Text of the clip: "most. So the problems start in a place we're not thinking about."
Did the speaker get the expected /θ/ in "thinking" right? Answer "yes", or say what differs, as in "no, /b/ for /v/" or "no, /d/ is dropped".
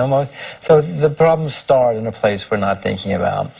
yes